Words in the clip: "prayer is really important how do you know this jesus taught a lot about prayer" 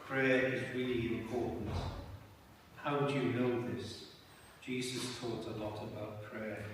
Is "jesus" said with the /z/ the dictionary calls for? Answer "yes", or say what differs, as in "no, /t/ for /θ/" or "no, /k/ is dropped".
yes